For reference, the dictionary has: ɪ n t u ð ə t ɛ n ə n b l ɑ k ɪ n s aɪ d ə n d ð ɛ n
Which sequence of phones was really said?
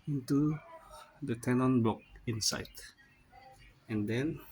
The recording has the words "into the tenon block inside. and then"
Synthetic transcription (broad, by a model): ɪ n t u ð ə t ɛ n ə n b ɑ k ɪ n s aɪ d ə n d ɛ n